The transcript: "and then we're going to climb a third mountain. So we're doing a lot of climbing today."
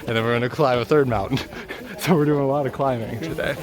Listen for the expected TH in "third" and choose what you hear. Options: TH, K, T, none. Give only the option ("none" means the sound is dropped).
TH